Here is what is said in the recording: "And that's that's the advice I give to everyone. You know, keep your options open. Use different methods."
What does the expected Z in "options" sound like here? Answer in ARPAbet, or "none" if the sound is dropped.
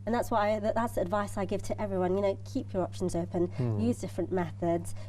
Z